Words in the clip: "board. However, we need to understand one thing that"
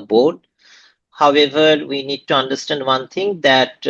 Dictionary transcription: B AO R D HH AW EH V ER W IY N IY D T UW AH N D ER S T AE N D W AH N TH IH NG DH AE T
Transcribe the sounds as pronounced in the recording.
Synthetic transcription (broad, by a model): B AO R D HH AW EH V ER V IY N IY D T UW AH N D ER S T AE N D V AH N T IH NG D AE T